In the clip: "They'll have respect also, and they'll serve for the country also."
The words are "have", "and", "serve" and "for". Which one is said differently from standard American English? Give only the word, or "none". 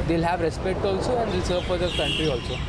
none